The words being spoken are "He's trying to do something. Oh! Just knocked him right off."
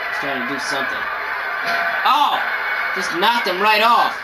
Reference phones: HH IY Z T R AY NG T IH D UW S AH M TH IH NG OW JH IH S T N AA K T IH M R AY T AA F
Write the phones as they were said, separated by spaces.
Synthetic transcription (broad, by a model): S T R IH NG T IH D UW S AH M TH IH NG OW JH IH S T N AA T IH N R AY T AA F